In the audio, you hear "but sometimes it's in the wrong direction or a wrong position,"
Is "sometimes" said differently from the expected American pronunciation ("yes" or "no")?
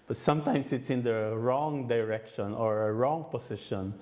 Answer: yes